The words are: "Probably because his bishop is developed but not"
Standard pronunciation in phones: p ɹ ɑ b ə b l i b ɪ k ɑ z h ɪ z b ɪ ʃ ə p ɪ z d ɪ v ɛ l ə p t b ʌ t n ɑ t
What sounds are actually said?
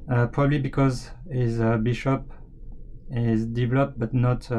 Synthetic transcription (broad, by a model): p ɹ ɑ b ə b l i b ɪ k ɑ z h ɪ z b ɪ ʃ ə p ɪ z d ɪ v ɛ l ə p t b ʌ t n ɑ t